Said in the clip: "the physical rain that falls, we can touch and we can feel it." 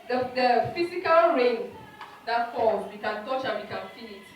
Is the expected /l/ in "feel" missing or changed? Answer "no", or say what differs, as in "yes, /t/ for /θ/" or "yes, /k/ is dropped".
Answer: yes, /n/ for /l/